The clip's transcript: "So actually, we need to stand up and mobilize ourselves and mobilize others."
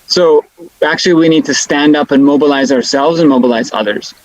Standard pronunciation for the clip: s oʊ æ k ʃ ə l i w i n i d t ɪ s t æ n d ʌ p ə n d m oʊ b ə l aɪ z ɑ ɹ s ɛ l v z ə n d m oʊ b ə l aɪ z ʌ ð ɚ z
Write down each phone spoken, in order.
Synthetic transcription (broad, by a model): s oʊ æ k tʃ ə l i w i n i d t ɪ s t æ n d ʌ p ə n m oʊ b ə l aɪ z ɑ ɹ s ɛ l v z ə n m oʊ b ə l aɪ z ʌ ð ɚ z